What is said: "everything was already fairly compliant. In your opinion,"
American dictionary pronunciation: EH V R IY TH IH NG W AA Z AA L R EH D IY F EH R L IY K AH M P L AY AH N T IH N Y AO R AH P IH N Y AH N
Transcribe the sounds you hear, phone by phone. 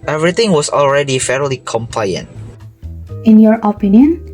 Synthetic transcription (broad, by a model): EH V R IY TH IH NG W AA S AA L R EH D IY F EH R L IY K AH M P L AY AH N T IH N Y AO R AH P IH N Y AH N